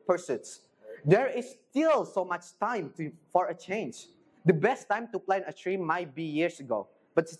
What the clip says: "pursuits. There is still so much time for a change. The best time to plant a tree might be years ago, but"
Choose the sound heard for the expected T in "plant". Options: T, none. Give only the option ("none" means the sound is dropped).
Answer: none